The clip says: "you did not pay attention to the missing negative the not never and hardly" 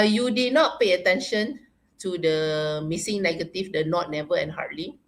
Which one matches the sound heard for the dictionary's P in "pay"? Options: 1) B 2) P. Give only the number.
2